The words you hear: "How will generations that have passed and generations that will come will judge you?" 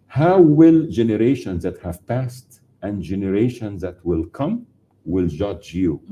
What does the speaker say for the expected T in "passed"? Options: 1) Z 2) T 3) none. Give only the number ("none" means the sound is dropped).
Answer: 2